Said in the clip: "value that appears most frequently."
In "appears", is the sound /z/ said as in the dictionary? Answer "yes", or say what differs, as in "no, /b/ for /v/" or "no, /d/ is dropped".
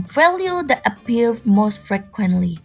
no, /z/ is dropped